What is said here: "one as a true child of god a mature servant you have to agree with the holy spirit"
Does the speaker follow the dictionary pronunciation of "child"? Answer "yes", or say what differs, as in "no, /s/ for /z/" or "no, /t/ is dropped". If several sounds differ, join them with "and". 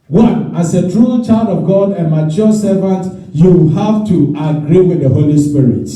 yes